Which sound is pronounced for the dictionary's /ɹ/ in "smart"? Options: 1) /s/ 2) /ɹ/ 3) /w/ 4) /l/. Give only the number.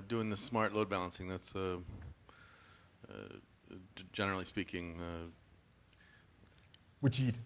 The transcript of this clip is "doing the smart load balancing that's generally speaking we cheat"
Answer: 2